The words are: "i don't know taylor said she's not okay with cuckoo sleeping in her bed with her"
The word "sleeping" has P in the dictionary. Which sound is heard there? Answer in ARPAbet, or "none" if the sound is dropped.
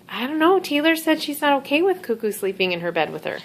P